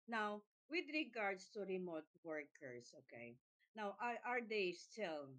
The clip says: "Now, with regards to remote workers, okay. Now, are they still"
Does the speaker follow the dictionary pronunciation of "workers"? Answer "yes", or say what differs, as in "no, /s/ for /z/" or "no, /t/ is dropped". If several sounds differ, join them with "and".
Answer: no, /s/ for /z/